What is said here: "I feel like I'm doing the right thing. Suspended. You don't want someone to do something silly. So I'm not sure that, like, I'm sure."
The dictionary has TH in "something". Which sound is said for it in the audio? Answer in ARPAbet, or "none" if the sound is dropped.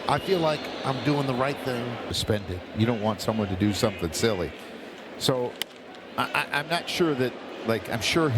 TH